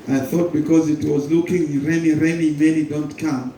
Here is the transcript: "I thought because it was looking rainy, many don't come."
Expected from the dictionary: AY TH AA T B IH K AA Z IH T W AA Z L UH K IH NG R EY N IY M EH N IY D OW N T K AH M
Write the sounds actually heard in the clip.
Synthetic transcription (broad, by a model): AY TH AA T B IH K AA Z IH T W AA Z L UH K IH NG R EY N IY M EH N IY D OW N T K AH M